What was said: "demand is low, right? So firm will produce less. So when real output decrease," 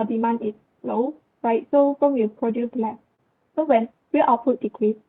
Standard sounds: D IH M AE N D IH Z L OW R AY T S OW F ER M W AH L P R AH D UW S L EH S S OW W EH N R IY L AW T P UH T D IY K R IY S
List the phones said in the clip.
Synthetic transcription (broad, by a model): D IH M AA N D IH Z L OW R AY T S OW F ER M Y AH P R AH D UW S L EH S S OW W EH N W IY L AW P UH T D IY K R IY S